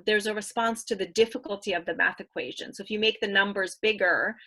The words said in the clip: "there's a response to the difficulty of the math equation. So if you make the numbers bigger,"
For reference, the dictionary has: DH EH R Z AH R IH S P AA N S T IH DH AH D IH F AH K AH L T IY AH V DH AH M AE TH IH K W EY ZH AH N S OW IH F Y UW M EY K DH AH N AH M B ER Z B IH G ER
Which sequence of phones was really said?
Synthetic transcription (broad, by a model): DH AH R Z AH R IH S P AA N S T IH DH AH D IH F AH K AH L T IY AH V DH AH M AE TH IH K W EY ZH AH N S OW IH F Y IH M EY K DH AH N AH M B ER Z B IH G ER